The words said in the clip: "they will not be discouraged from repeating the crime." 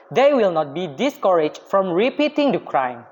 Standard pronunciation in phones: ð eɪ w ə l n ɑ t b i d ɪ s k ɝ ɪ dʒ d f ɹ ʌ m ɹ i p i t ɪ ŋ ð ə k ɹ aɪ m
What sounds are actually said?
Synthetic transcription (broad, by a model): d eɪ w ə l n ɑ t b i d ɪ s k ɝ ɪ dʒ f ɹ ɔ m ɹ i p i t ɪ ŋ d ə k ɹ aɪ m